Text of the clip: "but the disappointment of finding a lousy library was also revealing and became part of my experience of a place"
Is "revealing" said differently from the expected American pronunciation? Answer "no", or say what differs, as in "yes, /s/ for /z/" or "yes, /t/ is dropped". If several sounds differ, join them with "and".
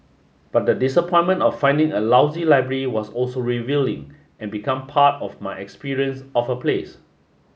no